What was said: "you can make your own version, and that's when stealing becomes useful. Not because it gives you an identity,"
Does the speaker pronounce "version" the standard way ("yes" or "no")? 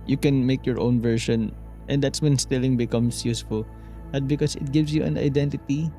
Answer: no